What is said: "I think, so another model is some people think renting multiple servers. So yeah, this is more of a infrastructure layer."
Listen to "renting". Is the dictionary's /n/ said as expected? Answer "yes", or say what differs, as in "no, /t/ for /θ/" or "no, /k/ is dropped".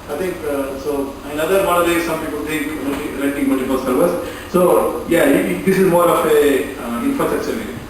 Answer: no, /l/ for /n/